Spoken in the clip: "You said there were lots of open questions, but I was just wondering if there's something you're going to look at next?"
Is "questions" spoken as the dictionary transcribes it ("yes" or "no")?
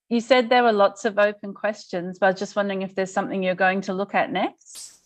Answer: yes